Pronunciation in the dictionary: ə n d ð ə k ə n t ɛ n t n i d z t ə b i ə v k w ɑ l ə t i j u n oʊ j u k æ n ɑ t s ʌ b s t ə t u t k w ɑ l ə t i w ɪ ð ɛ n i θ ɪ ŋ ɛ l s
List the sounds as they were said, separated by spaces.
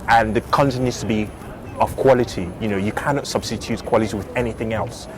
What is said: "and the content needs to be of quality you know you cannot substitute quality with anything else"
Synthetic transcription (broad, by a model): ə n ð ə k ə n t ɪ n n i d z t ə b i ə v k w ɑ l ə t i j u n oʊ j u k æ n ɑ t s ʌ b s t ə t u t k w ɑ l ə t i w ɪ ð ɛ n i θ ɪ ŋ ɛ l s